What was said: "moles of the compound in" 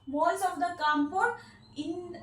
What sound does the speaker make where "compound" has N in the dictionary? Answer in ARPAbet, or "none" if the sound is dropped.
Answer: none